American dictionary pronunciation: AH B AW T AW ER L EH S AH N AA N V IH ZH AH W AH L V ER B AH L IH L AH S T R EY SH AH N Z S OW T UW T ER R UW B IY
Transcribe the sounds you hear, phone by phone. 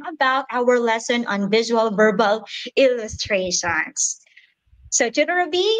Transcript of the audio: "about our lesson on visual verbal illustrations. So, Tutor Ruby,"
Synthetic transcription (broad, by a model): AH B AW T AW ER L EH S AH N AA N V IH ZH AH W AH L V ER B AH L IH L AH S T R EY SH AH N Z S OW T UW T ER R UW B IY